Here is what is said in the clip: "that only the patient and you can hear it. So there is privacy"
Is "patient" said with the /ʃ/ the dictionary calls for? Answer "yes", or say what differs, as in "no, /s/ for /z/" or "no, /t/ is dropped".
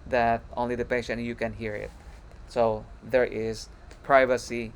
no, /ʃ/ is dropped